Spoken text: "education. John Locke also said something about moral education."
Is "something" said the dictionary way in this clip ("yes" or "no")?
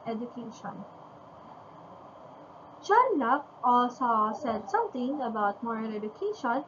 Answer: no